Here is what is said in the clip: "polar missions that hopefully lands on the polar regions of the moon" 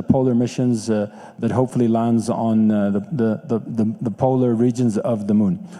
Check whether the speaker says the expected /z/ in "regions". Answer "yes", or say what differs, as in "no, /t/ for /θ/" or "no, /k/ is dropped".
yes